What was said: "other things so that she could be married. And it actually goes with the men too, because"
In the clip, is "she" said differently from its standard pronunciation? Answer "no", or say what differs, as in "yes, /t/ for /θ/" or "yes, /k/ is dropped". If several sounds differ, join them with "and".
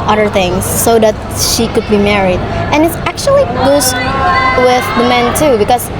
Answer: no